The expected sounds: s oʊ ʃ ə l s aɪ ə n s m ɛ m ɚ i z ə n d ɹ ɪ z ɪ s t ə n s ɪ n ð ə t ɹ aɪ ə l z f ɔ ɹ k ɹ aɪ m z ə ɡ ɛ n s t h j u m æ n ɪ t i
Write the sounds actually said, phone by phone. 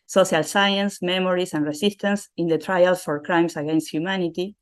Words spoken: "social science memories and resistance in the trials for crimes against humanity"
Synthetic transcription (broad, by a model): s oʊ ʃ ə l s aɪ ə n s m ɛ m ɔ i s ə n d ɹ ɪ s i s t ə n s ɪ n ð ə t ɹ aɪ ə l s f ɔ ɹ k ɹ aɪ m s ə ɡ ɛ n s t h j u m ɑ n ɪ t i